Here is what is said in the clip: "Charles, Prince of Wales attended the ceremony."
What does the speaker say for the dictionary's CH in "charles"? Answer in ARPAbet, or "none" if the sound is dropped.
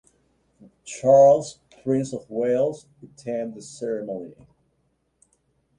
CH